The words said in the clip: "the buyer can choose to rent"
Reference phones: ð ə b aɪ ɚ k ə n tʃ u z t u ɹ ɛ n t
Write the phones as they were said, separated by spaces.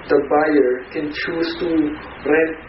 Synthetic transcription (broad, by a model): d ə b aɪ ɚ k ə n tʃ u s t u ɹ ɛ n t